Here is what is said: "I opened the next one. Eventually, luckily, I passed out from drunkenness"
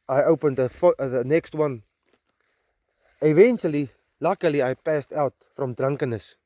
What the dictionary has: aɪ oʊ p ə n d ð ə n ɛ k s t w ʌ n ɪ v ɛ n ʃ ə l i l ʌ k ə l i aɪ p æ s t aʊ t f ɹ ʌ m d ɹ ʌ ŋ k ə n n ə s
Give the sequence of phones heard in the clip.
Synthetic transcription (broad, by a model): aɪ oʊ p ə n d ð ə n ɛ k s t w ʌ n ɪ v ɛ n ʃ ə l i l ʌ k ə l i aɪ p æ s t aʊ t f ɹ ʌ m d ɹ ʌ ŋ k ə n n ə s